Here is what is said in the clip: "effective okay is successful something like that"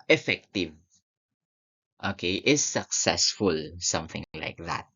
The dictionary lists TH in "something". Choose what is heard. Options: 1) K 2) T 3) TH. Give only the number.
3